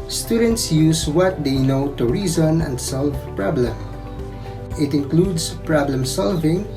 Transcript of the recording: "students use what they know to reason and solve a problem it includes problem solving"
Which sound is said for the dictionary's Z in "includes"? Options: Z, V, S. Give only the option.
S